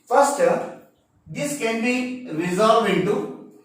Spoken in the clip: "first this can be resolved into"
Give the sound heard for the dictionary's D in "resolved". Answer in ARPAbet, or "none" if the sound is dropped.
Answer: none